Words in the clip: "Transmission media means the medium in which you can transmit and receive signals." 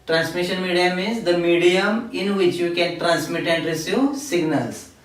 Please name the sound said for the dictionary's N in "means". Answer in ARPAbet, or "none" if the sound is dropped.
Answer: none